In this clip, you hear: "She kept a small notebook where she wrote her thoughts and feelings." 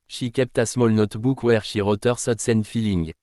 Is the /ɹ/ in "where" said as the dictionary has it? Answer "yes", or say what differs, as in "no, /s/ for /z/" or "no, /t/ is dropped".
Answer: yes